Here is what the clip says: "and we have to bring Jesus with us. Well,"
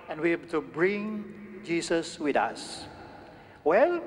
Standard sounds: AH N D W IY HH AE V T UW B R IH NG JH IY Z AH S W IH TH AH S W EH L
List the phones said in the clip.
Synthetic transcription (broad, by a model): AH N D W IY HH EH B T UW B R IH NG JH IY S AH S W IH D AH S W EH L